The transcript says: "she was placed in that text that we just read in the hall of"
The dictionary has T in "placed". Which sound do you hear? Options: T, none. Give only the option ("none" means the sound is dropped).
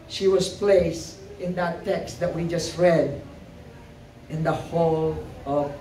none